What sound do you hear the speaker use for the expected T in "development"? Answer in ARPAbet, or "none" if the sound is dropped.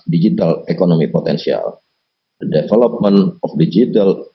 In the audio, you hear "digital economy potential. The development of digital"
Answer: none